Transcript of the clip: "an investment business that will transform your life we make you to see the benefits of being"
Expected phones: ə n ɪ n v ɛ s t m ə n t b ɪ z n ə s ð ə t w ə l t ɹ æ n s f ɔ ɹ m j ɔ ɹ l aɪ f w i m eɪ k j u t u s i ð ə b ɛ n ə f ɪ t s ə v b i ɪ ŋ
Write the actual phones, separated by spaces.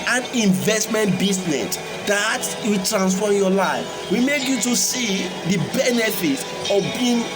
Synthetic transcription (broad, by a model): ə n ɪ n v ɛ s t m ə n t b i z n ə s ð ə t w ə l t ɹ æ n s f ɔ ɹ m j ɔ l aɪ f w i m eɪ k j u t u s i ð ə b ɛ n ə f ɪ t ə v b i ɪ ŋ